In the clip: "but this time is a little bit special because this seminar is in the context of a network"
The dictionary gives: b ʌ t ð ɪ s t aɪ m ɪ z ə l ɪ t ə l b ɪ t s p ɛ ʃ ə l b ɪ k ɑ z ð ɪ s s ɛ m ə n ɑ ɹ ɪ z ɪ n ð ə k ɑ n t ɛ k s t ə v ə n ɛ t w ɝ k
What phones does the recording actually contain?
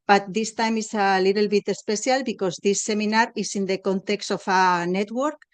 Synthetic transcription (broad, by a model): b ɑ t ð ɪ s t aɪ m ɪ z ə l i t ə l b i t s p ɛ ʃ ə l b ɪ k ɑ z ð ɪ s s ɛ m ə n ɑ ɹ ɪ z ɪ n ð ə k ɑ n t ɛ k s t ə f ə n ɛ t w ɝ k